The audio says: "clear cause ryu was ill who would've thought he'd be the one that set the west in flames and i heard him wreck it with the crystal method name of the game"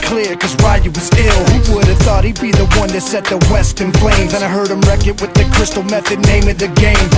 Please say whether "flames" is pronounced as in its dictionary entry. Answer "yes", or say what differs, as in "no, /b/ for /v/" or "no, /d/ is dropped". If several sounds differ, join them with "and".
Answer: no, /p/ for /f/